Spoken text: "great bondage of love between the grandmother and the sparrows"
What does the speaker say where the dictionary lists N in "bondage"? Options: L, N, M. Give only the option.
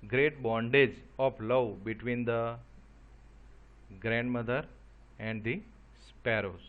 N